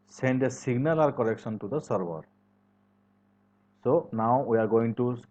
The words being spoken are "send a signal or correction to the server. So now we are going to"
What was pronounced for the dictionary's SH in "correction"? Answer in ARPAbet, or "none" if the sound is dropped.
S